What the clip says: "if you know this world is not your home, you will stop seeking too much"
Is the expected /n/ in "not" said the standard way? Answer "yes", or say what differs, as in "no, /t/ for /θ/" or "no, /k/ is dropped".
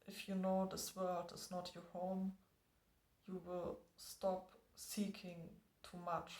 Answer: yes